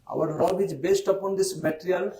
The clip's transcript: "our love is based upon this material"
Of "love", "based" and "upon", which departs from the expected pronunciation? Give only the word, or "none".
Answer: love